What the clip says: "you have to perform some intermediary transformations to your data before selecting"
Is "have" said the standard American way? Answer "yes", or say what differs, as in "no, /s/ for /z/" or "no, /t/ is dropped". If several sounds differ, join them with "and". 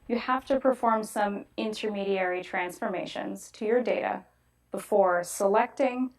no, /f/ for /v/